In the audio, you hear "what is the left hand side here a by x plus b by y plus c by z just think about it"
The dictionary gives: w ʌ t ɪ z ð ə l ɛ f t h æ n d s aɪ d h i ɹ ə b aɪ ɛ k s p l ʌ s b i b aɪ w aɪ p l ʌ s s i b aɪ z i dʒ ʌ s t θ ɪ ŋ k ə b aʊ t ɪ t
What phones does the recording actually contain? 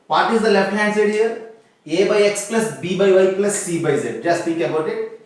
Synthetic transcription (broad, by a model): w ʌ t ɪ z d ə l ɛ f t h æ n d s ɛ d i ɹ ə b aɪ ɛ k s p l ʌ s b i b aɪ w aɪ p l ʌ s s i b aɪ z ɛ dʒ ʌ s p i k ə b aʊ t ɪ t